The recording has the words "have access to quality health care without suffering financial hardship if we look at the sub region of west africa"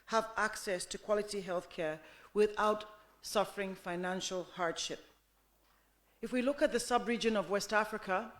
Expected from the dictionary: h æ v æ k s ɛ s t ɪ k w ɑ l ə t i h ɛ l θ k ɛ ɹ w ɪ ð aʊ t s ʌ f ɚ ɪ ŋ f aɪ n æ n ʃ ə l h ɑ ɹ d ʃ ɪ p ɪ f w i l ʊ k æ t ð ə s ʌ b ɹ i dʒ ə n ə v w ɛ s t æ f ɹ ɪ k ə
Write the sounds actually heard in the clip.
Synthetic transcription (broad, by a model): h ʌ v æ k s ɛ s t ɪ k w ɑ l ə t i h ɛ l θ k ɛ ɹ w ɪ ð aʊ t s ʌ f ɚ ɪ ŋ f aɪ n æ n ʃ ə l h ɑ ɹ d ʃ ɪ p ɪ f w i l ʊ k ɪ t ð ə s ʌ b ɹ i dʒ ə n ə v w ɛ s t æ f ɹ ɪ k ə